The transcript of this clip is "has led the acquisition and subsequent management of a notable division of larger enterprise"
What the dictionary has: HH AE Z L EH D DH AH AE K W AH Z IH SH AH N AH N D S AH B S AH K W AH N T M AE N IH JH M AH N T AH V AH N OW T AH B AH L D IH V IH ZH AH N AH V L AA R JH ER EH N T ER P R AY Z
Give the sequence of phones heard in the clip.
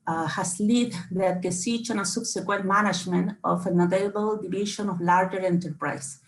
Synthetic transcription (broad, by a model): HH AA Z L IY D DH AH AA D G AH S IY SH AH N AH S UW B S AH K W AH N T M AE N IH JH M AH N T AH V AH N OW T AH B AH L D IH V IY SH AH N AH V L AA R JH ER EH N T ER P R AY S